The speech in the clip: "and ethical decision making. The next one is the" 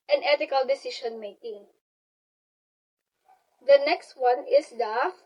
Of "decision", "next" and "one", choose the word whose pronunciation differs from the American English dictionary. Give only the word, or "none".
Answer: decision